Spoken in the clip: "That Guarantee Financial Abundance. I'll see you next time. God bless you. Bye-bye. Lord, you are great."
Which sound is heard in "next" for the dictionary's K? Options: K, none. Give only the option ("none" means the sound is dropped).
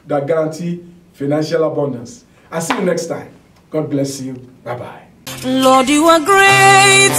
K